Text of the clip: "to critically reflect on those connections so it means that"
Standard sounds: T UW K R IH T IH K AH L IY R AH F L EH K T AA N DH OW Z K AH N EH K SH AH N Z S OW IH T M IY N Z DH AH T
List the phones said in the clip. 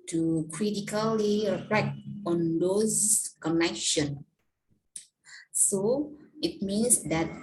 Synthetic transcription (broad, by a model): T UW K R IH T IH K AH L IY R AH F EH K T AA N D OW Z K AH N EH K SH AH N S OW IH T M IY N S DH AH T